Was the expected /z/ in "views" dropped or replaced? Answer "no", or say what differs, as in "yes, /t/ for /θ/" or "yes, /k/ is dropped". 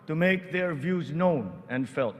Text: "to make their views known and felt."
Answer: no